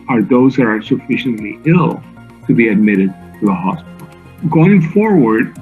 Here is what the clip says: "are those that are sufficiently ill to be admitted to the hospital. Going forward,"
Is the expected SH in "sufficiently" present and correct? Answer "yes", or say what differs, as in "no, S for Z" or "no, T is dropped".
yes